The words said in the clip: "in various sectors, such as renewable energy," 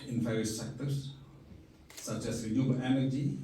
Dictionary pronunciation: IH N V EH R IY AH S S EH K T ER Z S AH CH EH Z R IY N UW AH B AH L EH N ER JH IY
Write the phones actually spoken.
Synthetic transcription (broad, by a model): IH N F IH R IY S S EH K T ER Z S AH CH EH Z R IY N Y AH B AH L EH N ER JH IY